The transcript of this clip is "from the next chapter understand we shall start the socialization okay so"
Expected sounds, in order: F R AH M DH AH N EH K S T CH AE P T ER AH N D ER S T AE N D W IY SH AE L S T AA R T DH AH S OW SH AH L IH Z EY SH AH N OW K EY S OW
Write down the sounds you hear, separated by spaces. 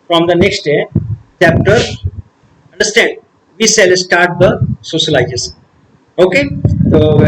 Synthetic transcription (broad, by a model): F R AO M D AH N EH K S T CH AE P T ER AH N D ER S T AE N D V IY S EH L S T AA R T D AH S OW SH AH L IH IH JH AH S OW K EY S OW